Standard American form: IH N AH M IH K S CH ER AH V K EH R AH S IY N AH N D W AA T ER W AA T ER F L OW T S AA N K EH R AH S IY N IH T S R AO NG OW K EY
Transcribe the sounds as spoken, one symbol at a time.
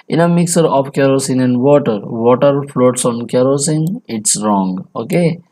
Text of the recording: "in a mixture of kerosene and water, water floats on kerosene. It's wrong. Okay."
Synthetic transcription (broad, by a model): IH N AH M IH K S ER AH P K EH R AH S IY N AH N D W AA T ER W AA T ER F L OW T S AA N K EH R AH S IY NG IH T S R AO NG OW K EY